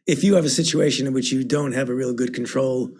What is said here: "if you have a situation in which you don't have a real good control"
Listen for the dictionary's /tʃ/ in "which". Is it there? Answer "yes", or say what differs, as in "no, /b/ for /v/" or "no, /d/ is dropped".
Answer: yes